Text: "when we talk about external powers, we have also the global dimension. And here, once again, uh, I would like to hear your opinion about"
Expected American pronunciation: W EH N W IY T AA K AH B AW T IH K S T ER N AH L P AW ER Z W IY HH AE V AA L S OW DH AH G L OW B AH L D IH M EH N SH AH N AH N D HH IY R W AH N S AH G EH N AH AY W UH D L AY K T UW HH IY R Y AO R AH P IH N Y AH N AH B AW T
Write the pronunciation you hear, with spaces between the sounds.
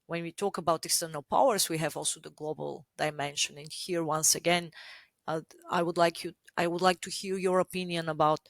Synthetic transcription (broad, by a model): W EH N W IY T AA K AH B AW T IH K S T ER N AH L P AW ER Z W IY HH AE V AA L S OW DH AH G L OW B AH L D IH M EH N SH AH N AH N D HH IY R W AH N S AH G EH N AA AY W UH D L AY K T UW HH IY L Y AO R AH P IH N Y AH N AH B AW T